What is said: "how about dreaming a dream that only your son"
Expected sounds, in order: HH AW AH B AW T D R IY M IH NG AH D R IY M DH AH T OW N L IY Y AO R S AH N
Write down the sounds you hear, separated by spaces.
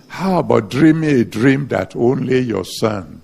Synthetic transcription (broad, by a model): HH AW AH B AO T D R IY M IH AH D R IY M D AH T OW N L IY Y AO S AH N